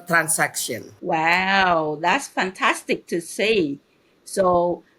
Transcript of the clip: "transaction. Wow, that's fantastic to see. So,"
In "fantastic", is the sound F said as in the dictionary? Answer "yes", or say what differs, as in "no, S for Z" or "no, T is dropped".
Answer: yes